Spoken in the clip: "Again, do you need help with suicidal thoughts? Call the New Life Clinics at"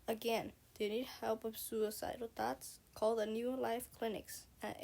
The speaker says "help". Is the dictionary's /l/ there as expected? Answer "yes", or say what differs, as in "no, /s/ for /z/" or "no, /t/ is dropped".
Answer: yes